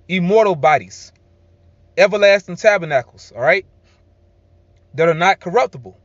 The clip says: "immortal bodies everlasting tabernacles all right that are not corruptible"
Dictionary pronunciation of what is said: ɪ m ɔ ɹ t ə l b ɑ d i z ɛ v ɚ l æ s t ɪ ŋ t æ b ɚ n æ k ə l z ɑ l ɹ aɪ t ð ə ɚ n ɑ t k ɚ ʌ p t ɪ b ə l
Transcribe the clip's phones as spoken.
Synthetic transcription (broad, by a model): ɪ m ɔ ɹ t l b ɑ d i z ɛ v ɚ l æ s t ɪ ŋ t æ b ɚ n æ k l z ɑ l ɹ aɪ t ð ə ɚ n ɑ t k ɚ ʌ p t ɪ b l